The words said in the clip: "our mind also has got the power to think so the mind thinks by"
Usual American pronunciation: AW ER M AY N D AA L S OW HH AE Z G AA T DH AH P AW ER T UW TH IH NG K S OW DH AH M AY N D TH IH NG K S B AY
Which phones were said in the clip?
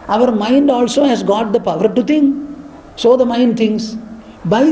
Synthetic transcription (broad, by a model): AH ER M AY N D AA L S OW HH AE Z G AA T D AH P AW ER T UW T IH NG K S OW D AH M AY N D T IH NG S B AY